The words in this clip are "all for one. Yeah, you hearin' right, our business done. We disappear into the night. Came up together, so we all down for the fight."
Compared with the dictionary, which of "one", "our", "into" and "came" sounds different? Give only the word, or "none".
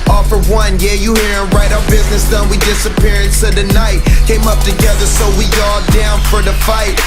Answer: into